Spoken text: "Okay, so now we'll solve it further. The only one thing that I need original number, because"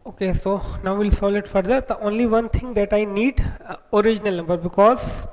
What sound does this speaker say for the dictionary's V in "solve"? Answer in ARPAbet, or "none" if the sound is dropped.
none